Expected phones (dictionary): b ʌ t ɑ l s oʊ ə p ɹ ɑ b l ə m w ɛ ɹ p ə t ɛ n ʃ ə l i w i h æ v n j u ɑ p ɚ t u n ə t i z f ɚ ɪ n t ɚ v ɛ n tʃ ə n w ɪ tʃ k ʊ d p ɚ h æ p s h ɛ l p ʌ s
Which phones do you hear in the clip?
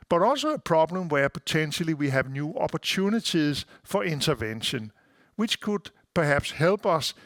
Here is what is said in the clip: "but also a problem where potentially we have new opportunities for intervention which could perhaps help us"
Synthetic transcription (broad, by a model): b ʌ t ɑ l s oʊ ə p ɹ ɑ b l ə m w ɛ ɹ p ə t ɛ n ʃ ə l i w i h æ v n j u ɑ p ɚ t u n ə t i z f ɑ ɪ n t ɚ v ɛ n ʃ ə n w ɪ tʃ k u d p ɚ h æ b s h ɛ l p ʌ s